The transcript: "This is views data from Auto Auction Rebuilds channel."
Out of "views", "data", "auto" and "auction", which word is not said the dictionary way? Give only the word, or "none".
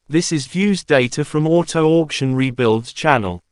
none